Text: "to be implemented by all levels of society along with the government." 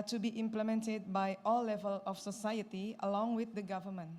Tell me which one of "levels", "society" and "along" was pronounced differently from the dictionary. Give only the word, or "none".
levels